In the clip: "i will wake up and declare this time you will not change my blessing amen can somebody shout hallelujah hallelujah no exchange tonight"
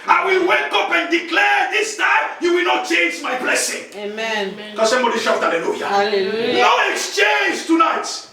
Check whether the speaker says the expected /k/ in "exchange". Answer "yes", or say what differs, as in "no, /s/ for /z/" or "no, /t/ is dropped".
yes